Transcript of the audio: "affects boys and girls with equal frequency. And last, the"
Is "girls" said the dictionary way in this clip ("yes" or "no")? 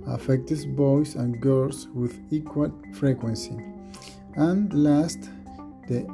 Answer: no